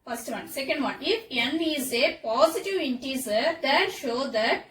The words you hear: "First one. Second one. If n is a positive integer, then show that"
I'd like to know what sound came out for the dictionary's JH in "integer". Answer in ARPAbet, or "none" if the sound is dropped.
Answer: Z